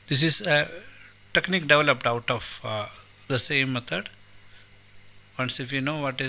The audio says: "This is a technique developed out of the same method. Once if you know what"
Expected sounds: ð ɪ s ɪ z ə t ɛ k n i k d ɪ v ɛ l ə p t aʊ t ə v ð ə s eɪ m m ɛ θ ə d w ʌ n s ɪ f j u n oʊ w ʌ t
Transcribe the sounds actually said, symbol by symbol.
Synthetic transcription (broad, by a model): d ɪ s ɪ z ə t ɛ k n i k d ɪ v ɛ l ə p t aʊ t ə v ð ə s eɪ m m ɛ t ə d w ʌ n s ɪ f j u n oʊ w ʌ t